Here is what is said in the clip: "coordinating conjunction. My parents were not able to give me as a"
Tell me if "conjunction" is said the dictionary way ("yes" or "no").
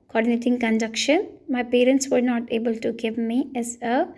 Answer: no